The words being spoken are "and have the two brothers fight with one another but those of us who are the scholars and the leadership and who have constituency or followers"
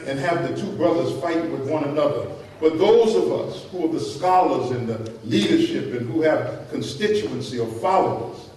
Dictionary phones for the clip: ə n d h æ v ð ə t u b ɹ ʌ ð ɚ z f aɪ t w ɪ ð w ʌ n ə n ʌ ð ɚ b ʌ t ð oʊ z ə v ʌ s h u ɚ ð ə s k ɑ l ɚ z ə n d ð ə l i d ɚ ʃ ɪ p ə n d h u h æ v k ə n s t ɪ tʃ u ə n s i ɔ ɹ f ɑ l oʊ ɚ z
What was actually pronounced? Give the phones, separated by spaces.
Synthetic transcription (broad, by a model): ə n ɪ v ð ə t u b ɹ ʌ ð ɚ z f aɪ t w ɪ ð w ʌ n ə n ʌ ð ɚ b ʌ t ð oʊ z ə v ʌ s h u ɚ ð ə s k ɑ l ɚ z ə n ð ə l i d ɚ ʃ ɪ p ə n h u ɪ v k ə n s t ɪ tʃ u ə n s i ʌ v f ɑ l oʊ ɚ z